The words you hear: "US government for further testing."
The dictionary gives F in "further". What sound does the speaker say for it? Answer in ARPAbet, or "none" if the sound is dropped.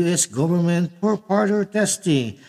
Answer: P